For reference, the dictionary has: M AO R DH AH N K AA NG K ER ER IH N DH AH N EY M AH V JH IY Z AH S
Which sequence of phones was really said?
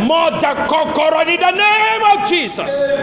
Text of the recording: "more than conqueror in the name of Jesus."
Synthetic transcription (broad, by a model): M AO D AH K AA K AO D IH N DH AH N EY M AH V JH IY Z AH S